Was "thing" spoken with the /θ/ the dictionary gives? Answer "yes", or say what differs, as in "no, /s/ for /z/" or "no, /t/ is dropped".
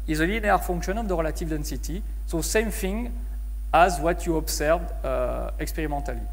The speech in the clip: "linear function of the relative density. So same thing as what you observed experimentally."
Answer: no, /f/ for /θ/